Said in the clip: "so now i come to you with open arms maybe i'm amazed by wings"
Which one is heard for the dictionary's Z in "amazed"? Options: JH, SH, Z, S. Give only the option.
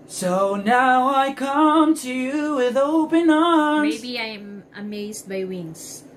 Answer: Z